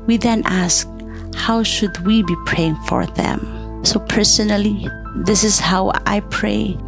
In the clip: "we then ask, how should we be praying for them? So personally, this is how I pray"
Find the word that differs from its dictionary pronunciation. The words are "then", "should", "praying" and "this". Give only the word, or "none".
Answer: none